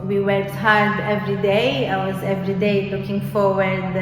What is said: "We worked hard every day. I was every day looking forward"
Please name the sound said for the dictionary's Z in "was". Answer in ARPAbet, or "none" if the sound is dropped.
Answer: Z